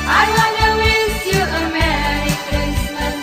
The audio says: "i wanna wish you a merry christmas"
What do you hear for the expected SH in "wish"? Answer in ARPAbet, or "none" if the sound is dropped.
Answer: S